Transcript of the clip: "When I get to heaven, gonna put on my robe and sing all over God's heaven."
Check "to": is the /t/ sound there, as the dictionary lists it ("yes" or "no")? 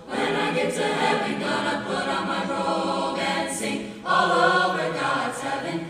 no